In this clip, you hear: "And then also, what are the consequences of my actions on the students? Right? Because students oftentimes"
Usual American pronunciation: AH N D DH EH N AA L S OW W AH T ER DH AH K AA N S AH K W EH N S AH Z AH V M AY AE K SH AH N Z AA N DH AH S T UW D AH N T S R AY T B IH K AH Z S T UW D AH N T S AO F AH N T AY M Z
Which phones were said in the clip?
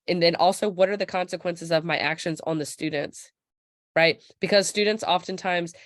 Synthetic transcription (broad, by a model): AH N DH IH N AA L S OW W AH T ER DH AH K AA N S AH K W EH N S AH Z AH V M AY AE K SH AH N Z N DH AH S T UW D N T S R AY T B IH K AH Z S T UW D N T S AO F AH N T AY M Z